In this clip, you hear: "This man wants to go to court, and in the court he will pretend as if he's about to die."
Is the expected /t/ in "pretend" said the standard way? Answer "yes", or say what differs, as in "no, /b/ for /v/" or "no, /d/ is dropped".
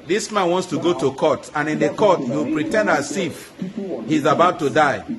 yes